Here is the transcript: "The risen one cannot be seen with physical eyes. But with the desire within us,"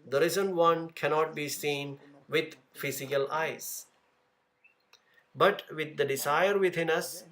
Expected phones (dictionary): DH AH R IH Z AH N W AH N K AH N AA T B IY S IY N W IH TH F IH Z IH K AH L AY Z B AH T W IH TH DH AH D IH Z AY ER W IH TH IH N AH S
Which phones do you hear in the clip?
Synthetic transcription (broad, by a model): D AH R IH Z AH N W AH N K AH N AA T B IY S IY N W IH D F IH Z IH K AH L AY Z B AH T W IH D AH D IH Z AY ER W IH T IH N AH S